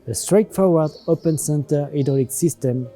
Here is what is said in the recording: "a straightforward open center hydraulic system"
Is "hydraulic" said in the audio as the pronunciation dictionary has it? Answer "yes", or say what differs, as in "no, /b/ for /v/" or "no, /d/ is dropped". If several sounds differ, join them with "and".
no, /ɹ/ is dropped